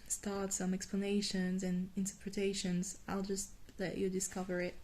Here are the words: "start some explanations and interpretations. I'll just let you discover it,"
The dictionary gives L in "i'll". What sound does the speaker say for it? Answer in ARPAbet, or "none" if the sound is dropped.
L